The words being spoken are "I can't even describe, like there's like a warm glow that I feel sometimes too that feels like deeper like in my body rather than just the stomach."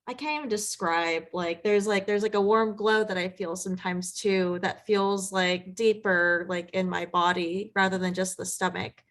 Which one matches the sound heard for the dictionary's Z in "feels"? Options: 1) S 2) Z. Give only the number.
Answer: 2